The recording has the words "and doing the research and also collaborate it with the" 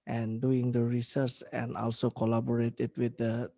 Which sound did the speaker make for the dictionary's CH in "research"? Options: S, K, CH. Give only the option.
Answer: S